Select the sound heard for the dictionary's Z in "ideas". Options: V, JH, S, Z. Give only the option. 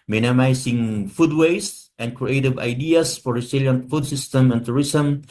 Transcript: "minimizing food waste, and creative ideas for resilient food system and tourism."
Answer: S